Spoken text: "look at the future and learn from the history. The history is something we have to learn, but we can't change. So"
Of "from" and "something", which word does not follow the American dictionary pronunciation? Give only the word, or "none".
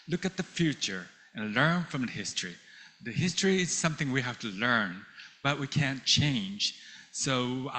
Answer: none